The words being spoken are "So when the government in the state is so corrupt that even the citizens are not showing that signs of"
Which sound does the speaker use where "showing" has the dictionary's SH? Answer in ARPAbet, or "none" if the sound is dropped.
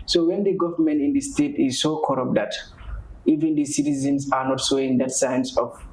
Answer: S